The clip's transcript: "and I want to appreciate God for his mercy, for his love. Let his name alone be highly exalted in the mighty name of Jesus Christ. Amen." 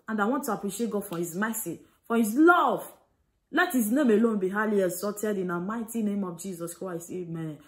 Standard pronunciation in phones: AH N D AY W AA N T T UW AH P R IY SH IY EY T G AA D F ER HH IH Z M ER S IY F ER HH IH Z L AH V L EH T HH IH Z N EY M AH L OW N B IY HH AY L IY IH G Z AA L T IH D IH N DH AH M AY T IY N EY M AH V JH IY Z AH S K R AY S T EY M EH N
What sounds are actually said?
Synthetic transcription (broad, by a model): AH N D AY W AA N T T UW AH P R IY SH IY EY T G AA D F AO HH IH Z M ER S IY F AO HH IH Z L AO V L EH T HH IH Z N EY M AH L OW N B IY HH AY L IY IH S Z AA T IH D IH N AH M AY T IY N EY M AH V JH IY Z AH S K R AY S EY M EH N